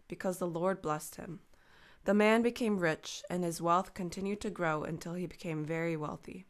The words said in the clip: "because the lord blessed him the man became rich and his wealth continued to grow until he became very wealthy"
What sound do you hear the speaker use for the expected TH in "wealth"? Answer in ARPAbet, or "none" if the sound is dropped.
TH